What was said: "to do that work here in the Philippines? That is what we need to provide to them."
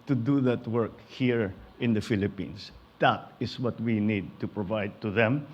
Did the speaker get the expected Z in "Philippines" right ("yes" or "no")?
no